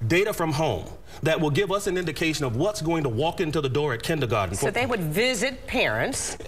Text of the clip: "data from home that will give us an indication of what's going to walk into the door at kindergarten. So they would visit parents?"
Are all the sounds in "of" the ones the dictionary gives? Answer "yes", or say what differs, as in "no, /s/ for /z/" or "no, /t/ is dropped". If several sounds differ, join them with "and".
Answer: yes